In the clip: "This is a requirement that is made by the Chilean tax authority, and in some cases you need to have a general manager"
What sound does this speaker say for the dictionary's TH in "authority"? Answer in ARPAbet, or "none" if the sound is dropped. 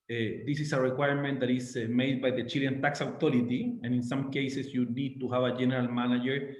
T